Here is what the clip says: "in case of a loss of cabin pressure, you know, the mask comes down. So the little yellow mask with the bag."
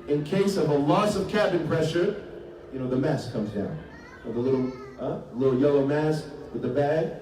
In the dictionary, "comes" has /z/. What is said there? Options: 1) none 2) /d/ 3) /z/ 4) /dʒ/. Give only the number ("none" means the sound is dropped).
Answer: 3